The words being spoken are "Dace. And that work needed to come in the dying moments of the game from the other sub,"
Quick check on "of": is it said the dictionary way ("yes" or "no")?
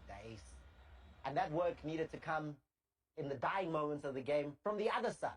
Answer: yes